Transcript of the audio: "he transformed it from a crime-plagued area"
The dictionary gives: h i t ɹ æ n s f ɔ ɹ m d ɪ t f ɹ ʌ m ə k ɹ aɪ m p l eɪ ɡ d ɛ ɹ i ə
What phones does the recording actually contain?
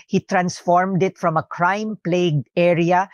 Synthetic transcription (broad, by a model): h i t ɹ æ n s f ɔ ɹ m d ɪ t f ɹ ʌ m ə k ɹ aɪ m p l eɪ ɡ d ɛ ɹ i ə